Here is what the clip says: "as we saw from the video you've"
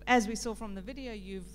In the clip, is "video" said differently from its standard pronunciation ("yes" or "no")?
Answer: no